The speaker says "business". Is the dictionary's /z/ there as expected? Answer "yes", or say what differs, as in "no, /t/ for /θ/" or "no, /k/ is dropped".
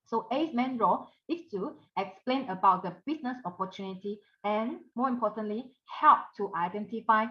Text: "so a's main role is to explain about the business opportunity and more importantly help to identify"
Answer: no, /s/ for /z/